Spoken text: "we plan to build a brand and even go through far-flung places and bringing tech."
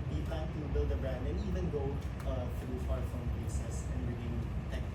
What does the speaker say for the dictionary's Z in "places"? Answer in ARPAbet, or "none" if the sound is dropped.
S